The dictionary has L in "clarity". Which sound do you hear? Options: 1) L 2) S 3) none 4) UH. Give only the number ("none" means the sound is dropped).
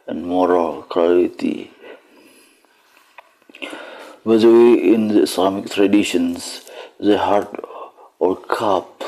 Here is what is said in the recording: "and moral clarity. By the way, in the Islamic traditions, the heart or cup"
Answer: 3